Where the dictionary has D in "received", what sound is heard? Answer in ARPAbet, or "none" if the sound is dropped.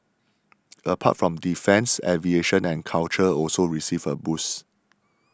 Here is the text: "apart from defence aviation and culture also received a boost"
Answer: none